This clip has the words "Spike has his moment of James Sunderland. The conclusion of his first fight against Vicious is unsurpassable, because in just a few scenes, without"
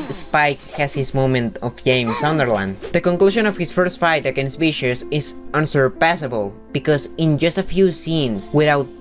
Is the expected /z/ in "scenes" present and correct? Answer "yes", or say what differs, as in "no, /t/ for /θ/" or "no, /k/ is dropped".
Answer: no, /s/ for /z/